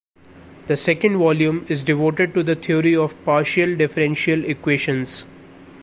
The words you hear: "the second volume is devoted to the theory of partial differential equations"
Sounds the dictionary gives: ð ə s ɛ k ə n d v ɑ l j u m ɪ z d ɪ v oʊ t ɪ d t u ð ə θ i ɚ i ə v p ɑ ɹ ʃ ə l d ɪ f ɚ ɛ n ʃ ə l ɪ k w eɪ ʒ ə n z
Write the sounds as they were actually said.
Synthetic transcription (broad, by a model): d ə s ɛ k ə n d v ɑ l j u m ɪ z d ɪ v oʊ t ɪ d t u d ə t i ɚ i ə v p ɑ ɹ ʃ ə l d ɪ f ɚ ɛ n ʃ ə l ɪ k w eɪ ʃ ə n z